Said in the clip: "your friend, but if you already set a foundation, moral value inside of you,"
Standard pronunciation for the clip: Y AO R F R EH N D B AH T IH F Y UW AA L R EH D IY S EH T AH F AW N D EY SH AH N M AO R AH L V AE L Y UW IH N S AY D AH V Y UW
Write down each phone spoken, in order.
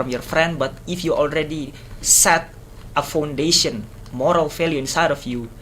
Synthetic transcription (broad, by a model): Y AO R F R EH N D B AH T IH F Y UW AA L R EH D IY S EH T AH F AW N D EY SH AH N M AO R AH L F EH L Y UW IH N S AY D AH F Y UW